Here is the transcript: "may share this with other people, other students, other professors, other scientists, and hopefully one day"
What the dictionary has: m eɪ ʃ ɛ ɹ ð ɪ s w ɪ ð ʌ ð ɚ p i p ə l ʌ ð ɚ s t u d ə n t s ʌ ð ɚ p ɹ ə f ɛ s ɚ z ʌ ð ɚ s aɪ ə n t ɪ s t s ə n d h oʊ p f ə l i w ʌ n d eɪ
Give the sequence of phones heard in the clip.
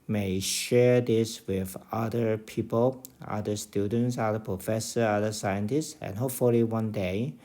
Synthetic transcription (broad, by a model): m eɪ ʃ ɛ ɹ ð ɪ s w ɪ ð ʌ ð ɚ p i p ə l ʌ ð ɚ s t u d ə n t s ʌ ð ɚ p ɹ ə f ɛ s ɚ ʌ ð ɚ s aɪ ə n t ɪ s t s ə n h oʊ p f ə l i w ʌ n d eɪ